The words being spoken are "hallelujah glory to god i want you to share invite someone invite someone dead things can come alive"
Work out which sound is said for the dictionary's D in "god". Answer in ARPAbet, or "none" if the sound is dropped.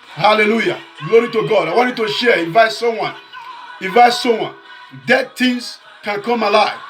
D